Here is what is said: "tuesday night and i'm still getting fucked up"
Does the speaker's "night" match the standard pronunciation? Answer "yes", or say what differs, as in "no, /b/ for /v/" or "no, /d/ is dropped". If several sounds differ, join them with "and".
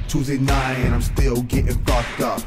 no, /t/ is dropped